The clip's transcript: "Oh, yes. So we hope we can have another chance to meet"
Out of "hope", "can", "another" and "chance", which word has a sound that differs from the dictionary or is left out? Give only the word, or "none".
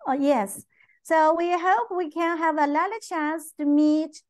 another